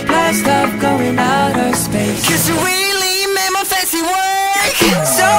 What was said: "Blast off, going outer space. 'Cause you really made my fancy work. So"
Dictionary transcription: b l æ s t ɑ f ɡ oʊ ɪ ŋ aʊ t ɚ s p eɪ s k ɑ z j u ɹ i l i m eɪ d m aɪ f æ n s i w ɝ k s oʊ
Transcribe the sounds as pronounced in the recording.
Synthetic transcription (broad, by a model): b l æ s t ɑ p ɡ oʊ ɪ ŋ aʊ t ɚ s p eɪ s k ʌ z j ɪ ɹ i l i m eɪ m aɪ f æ s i w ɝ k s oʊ